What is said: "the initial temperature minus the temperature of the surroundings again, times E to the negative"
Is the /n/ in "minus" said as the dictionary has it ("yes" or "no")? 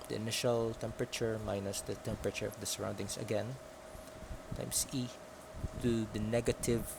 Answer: yes